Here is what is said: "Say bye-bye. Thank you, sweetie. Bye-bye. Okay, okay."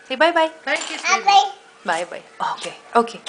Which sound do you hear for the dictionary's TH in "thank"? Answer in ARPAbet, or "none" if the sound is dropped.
T